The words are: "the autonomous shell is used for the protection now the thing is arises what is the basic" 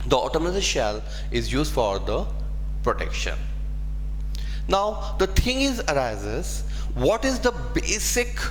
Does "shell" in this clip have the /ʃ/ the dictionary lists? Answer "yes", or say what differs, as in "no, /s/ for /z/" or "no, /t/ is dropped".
yes